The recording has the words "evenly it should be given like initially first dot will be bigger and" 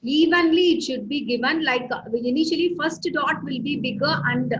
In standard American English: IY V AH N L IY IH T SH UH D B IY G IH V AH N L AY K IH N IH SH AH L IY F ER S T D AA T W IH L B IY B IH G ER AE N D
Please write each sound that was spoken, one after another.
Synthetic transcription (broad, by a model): IY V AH N L IY IH T SH UH D B IY G IH V AH N L AY K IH N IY SH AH L IY F ER S T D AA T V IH L B IY B IH G ER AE N D